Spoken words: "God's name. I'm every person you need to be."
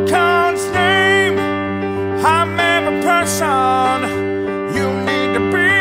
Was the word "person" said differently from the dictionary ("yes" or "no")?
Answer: no